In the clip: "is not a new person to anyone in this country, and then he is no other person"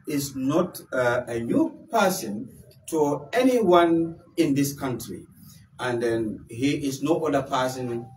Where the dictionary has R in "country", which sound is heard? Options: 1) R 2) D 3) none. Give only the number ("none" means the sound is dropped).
1